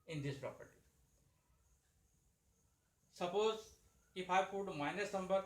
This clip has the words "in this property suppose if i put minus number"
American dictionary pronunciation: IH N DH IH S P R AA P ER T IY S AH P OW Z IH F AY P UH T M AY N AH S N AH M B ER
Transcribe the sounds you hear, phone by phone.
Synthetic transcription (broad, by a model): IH N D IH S P R AA P ER T IY S AH P OW Z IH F AY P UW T M AY N AH S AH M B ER